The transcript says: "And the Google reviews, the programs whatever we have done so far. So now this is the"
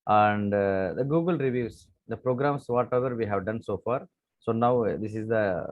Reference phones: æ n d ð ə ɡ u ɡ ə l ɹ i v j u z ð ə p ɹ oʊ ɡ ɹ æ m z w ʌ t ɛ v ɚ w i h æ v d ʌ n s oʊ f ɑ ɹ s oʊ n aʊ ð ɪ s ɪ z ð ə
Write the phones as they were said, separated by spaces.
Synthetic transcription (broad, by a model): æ n d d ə ɡ u ɡ ə l ɹ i v j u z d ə p ɹ oʊ ɡ ɹ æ m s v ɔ t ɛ v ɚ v i h æ v d ʌ n s oʊ f ɑ ɹ s oʊ n aʊ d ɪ s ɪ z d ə